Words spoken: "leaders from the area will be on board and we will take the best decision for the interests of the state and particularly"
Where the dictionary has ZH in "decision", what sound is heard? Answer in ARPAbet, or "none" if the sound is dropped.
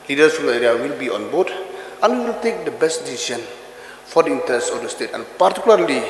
SH